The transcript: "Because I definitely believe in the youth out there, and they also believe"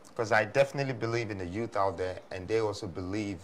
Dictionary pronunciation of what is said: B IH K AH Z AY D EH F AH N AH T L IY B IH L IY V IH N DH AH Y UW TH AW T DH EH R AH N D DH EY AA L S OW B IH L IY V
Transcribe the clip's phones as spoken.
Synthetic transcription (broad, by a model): K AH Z AY D EH F AH N AH T L IY B IH L IY V IH N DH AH Y UW TH AW T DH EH R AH N DH EY AA L S OW B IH L IY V